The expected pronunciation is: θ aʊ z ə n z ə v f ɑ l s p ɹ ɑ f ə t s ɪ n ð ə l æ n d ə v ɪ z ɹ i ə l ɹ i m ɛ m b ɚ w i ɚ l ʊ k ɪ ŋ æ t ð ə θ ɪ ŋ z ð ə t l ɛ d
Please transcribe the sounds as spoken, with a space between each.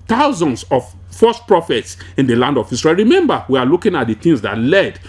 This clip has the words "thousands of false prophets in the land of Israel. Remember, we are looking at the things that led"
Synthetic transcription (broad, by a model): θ aʊ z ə n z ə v f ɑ s p ɹ ɑ f ə t s ɪ n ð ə l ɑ n d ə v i s ɹ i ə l ɹ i m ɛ m b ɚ w i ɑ l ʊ k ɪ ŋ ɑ t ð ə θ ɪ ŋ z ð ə t l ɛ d